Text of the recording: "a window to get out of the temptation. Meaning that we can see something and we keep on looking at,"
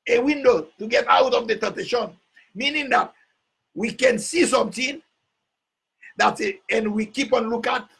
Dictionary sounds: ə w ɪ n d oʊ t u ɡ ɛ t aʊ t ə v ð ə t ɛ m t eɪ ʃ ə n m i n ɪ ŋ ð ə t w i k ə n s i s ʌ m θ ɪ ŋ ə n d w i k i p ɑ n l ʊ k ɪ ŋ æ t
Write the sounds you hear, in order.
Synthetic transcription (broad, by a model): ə w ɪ n d oʊ t u ɡ ɛ t aʊ t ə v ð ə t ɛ t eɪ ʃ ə n m i n ɪ ŋ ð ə t w i k ə n s i s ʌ m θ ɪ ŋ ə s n w i k i p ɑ n l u k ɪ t